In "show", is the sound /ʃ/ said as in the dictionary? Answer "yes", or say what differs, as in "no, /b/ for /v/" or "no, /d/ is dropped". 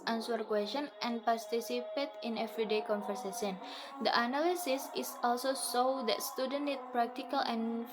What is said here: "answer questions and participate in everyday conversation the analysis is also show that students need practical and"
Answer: no, /s/ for /ʃ/